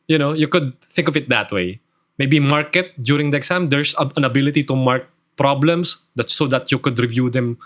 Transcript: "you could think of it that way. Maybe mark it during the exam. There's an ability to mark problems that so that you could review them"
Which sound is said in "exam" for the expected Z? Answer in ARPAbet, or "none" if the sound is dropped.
S